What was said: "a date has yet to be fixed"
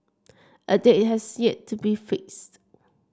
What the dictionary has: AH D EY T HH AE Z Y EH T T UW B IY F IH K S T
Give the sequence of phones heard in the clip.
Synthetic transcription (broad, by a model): AH D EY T HH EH S Y EH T T UW B IY F IH K S T